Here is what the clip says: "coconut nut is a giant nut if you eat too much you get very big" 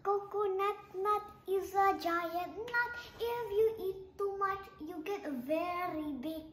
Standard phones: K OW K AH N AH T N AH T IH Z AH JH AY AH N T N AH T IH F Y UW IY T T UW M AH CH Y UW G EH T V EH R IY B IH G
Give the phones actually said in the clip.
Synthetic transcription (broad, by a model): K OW K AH N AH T N AH T IH Z AH JH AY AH T N AH T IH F Y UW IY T T UW M AH CH Y UW G EH T V EH R IY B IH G